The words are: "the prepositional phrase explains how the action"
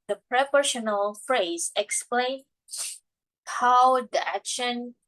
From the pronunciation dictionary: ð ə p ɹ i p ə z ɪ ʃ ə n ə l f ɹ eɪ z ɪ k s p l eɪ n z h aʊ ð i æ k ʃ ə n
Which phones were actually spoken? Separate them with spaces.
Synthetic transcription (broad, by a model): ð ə p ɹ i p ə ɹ ʃ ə n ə l f ɹ eɪ z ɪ k s p l eɪ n h aʊ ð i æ k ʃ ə n